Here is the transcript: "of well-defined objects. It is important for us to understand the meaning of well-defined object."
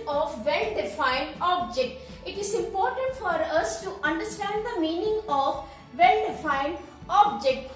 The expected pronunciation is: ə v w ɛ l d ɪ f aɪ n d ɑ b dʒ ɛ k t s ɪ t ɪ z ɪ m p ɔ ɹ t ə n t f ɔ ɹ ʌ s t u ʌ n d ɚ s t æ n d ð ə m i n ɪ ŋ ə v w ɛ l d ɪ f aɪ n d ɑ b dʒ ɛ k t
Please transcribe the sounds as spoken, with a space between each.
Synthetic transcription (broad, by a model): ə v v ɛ l d ɪ f aɪ n d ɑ b dʒ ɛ k t ɪ t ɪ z ɪ m p ɔ ɹ t ə n t f ɔ ɹ ʌ s t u ʌ n d ɚ s t æ n d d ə m i n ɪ ŋ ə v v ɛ l d ɪ f aɪ n d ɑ b dʒ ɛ k t